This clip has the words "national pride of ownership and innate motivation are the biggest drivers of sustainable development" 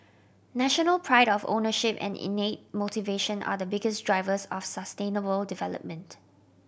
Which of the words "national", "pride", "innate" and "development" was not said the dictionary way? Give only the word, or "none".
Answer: none